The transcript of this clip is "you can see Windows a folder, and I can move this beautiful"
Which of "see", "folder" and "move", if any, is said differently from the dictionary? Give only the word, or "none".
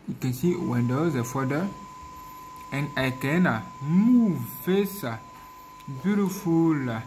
folder